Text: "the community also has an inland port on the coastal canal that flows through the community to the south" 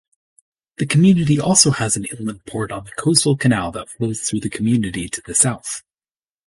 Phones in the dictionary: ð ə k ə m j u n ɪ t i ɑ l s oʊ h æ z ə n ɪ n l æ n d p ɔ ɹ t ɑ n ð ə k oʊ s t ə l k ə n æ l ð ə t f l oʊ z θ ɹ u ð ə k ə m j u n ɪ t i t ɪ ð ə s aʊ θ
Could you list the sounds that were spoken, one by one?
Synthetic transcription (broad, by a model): ð ə k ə m j u n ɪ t i ɑ l s oʊ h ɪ z n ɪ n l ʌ n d p ɔ ɹ t n ð ə k oʊ s t l k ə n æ l ð ə t f l oʊ z θ ɹ u ð ə k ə m j u n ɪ t i t ɪ ð ə s aʊ θ